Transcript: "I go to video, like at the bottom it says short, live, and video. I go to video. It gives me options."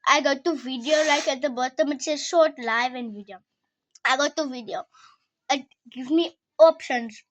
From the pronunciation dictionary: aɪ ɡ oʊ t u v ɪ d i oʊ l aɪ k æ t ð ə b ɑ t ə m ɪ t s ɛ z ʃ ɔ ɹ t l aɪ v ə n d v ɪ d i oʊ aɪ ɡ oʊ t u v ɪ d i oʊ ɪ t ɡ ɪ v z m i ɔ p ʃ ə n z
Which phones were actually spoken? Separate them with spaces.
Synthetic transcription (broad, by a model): aɪ ɡ oʊ t u v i d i oʊ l aɪ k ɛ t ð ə b ɑ t ə m ɪ t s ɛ ʃ ɔ t l aɪ v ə n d v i d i oʊ aɪ ɡ oʊ t u v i d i oʊ ɪ t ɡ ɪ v m i ɔ p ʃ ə n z